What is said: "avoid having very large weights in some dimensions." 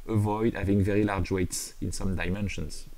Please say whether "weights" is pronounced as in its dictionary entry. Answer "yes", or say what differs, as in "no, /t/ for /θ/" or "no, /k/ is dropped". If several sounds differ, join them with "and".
yes